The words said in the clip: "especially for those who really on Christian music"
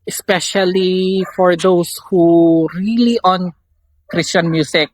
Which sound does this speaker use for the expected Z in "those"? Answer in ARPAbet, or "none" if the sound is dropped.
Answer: S